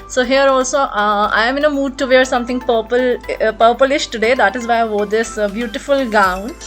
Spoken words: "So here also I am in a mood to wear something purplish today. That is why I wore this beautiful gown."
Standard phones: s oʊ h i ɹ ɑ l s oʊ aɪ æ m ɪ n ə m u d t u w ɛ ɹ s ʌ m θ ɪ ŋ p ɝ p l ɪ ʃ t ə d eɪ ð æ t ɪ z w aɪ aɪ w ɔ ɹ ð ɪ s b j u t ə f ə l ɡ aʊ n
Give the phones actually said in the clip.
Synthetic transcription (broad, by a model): s oʊ h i ɹ ɑ l s oʊ aɪ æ m ɪ n ə m u d t u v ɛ ɹ s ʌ m t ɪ ŋ p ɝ p l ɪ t t ə d eɪ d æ t ɪ z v aɪ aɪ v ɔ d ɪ s b j u t ə f ə l ɡ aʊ n